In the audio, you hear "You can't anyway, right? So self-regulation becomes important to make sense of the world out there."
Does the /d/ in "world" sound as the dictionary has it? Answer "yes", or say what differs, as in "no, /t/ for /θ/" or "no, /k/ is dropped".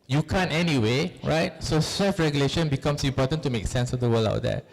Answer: no, /d/ is dropped